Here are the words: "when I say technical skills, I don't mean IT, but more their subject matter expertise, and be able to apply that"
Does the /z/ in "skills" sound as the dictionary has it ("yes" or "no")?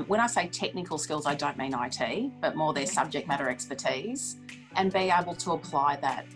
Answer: yes